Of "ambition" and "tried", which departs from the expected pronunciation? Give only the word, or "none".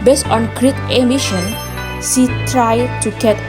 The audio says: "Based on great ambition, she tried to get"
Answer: ambition